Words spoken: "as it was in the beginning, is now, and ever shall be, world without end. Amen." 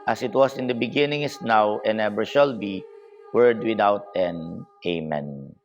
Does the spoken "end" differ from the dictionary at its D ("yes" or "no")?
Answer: yes